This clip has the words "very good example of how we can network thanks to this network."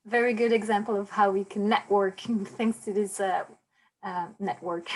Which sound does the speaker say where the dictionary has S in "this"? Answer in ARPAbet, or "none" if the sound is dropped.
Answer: none